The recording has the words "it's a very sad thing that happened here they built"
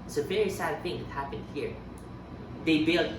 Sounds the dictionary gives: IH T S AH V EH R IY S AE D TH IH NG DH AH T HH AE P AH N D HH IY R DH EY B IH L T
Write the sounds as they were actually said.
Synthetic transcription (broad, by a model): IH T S AH V EH R IY S AE D TH IH NG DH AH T HH AE P AH N D HH IY R DH EY B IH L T